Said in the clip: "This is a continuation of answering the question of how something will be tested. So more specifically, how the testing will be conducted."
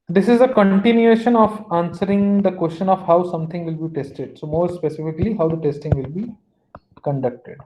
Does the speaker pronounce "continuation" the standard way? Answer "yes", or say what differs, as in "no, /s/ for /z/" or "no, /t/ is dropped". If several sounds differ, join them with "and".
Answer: yes